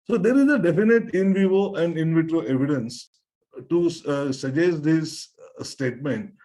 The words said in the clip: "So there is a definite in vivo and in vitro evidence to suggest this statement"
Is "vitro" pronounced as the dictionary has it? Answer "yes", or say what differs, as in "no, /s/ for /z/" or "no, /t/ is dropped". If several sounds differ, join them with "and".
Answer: yes